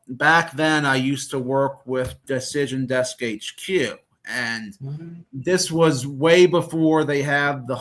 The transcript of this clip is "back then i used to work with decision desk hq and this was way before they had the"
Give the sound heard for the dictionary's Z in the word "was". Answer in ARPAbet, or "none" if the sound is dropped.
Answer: Z